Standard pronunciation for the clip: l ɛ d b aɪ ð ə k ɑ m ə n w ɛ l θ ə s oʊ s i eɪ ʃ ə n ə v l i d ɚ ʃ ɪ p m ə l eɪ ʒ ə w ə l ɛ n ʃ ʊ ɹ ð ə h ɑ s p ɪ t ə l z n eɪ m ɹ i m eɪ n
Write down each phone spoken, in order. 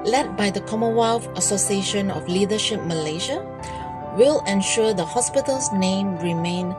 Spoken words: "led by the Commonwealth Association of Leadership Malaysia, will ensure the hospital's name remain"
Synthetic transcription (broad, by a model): l ɛ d b aɪ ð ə k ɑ m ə w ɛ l f ə s oʊ s i eɪ ʃ ə n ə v l i d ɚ ʃ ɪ p m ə l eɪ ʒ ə w ə l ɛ n ʃ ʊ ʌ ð ə h ɑ s p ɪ t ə l s n eɪ m ɹ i m eɪ n